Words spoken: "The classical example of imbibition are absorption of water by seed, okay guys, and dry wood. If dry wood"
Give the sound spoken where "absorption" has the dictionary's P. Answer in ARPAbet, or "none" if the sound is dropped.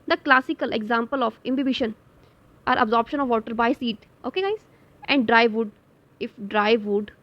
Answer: P